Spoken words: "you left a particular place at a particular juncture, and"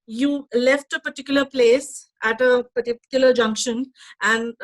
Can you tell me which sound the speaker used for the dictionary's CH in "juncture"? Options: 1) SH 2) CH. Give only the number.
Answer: 1